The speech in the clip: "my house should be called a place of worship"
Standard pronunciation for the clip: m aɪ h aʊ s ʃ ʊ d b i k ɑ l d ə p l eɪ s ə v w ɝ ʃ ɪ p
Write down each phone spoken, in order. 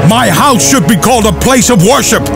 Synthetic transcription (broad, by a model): m aɪ h aʊ s ʃ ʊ d b i k ɑ l d ə p l eɪ s ə v w ɝ ʃ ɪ p